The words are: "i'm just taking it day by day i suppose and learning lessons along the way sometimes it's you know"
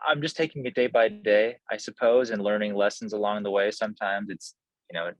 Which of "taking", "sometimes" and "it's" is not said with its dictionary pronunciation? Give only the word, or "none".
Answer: none